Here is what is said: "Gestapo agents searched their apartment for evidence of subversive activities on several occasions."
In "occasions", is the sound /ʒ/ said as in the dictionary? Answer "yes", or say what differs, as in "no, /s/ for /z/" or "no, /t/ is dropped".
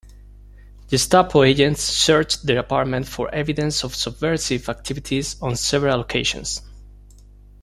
no, /ʃ/ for /ʒ/